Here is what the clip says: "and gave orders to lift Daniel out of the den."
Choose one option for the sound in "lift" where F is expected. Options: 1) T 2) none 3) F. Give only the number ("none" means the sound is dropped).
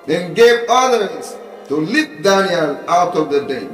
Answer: 2